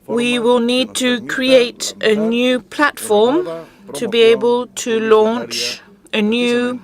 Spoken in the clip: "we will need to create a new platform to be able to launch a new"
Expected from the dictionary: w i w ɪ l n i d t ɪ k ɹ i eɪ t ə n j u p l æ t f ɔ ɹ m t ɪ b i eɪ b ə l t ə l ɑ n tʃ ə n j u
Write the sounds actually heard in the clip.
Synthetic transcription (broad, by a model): w i w ɪ l n i d t ɪ k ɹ i eɪ t ə n j u p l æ t f ɔ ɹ m t ɪ b i eɪ b ə l t ə l ɑ n tʃ ə n j u